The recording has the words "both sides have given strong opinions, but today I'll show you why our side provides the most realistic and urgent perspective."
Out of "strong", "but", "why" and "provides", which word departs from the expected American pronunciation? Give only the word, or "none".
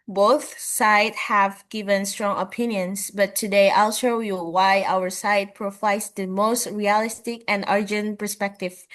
provides